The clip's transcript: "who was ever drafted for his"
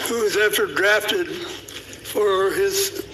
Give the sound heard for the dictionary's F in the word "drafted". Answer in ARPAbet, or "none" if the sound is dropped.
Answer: F